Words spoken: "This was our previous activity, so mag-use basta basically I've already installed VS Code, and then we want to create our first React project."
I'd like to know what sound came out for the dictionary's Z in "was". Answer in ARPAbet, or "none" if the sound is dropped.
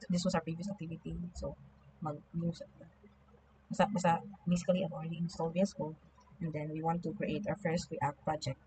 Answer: S